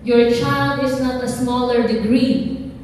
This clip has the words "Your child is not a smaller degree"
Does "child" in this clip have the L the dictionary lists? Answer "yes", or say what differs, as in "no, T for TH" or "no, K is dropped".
yes